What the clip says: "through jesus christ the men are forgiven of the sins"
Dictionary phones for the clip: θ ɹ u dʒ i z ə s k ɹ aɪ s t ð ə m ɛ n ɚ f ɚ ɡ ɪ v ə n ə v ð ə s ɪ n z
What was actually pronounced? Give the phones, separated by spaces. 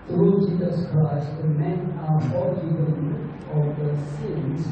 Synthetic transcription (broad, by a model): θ ɹ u dʒ i z ə s k ɹ aɪ s t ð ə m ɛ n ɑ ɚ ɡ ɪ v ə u ə v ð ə s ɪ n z